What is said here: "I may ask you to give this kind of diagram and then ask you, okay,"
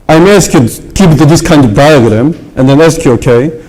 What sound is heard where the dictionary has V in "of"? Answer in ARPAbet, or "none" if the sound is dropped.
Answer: V